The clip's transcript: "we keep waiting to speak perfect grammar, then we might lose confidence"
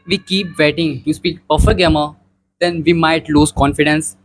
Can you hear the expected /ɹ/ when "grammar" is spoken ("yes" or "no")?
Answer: no